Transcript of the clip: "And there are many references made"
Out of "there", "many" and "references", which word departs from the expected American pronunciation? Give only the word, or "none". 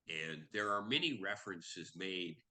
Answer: none